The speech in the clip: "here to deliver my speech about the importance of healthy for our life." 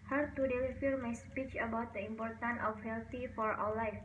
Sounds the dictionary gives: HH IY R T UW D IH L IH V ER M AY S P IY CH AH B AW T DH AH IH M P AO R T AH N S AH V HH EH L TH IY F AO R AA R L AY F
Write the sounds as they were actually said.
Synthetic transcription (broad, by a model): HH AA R T UW D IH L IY F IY M AY S P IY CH AH B AW T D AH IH M P AO R T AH N AH F HH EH L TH IY F AO R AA L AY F